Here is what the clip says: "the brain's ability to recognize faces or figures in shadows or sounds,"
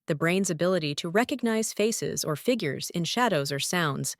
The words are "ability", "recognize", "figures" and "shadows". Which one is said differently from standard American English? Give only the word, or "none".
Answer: none